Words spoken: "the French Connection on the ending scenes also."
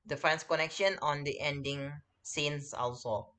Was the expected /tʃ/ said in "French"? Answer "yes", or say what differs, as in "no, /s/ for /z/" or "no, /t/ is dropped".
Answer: no, /s/ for /tʃ/